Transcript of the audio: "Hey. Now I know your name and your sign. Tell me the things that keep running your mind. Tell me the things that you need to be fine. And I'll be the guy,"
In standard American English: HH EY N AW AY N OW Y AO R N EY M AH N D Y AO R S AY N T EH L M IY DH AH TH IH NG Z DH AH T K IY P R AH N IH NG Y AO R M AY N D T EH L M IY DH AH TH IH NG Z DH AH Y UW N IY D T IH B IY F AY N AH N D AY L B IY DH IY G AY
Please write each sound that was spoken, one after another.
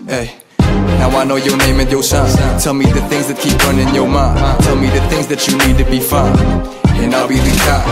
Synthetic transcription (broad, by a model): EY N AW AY N OW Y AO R N EY M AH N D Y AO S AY T EH L M IY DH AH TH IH NG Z DH AH T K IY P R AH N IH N Y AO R M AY T EH L M IY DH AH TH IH NG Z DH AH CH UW N IY D T IH B IY F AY AH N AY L B IY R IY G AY